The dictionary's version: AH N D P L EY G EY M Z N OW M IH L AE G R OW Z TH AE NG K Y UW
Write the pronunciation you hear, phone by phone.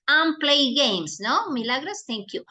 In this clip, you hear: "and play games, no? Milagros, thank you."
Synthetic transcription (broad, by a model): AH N P L EY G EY M S N OW M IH L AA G R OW S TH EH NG K Y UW